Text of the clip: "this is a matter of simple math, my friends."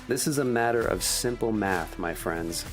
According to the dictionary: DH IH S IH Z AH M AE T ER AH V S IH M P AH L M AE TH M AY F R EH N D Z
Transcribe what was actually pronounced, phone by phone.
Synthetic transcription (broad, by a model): DH IH S IH Z AH M AE T ER AH V S IH M P L M AE TH M AY F R EH N D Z